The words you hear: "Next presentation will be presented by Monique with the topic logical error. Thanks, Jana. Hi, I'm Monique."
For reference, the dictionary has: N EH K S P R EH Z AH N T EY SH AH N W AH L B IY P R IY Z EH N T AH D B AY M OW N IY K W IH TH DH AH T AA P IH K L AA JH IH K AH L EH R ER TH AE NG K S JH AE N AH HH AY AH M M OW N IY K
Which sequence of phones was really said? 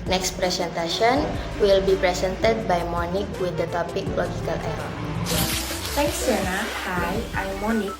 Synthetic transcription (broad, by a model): N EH K S P R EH S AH N T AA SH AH N W AH L B IY P R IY S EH N T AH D B AY M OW N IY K W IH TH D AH T AA P IH K L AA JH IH K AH L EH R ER T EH K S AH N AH HH AY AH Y M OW N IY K